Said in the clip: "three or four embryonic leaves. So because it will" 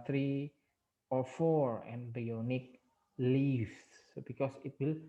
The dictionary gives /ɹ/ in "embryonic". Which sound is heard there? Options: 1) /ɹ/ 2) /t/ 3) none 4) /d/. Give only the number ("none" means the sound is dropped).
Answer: 3